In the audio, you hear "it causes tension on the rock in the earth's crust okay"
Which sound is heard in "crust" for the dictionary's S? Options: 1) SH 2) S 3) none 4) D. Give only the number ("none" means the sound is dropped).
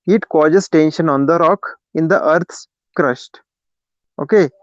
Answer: 1